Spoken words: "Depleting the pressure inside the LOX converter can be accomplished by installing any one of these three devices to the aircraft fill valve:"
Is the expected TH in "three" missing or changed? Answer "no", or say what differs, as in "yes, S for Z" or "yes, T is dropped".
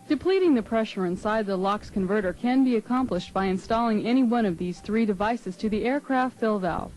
no